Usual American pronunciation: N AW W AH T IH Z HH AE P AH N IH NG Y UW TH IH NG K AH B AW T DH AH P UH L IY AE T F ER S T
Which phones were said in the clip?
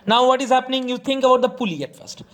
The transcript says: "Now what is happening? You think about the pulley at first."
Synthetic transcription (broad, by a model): N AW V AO T IH Z HH AE P AH N IH NG Y UW T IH NG K AH B AW T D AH P UH L IY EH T F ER S T